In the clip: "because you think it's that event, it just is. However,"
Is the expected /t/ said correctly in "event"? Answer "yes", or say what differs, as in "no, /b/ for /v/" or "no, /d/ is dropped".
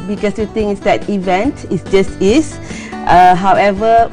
yes